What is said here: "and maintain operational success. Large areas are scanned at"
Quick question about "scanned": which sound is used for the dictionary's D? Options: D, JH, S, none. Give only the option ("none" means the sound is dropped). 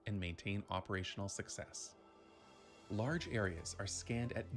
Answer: D